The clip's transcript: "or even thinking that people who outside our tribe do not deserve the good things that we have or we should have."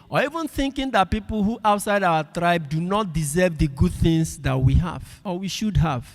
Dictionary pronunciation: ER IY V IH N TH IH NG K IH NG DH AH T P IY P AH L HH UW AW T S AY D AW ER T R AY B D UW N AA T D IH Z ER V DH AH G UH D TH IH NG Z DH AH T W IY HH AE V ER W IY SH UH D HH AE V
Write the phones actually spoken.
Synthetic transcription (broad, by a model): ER IY V IH N TH IH NG K IH NG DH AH T P IY P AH L HH UW AW T S AY D AW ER T R AY B D UW N AA T D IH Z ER V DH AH G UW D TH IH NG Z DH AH T W IY HH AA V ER W IY SH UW D HH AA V